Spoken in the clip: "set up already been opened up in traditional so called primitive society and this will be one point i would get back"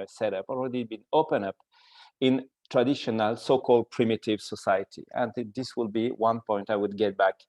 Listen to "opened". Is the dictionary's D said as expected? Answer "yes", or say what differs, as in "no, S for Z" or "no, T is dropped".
no, D is dropped